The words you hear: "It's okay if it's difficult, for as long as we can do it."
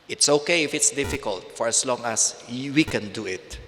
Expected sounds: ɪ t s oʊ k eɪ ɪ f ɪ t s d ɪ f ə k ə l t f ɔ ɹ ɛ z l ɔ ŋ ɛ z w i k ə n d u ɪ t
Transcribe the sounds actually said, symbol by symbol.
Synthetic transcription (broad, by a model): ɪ t s oʊ k eɪ ɪ f ɪ t s d ɪ f ə k ə l t f ɔ ɹ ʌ s l ɔ ŋ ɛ s w i k ə n d u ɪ t